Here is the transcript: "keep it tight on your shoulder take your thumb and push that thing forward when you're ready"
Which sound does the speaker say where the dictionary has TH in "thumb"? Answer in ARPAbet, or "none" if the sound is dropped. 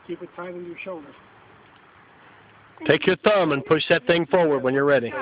TH